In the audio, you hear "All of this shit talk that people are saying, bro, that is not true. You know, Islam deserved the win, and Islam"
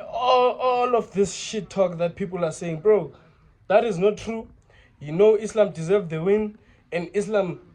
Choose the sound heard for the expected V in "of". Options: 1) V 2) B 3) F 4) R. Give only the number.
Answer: 3